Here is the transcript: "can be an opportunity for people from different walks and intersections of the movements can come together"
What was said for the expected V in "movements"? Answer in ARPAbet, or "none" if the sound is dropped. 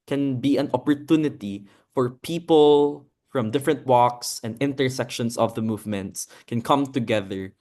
V